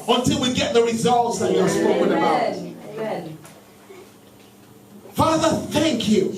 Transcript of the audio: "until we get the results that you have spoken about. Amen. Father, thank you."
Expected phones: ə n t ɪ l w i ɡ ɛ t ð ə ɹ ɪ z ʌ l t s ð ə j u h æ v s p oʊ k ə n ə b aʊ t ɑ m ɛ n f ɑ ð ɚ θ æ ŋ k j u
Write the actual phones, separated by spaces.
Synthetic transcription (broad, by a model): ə n t ɪ l w i ɡ ɛ t ð ə ɹ ɪ z ʌ l t s ð ə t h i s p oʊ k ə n ə b aʊ t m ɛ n f ɑ ð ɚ θ æ ŋ k j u